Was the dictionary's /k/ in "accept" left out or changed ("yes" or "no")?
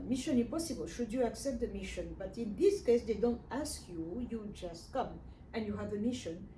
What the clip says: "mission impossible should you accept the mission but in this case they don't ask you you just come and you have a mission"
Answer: no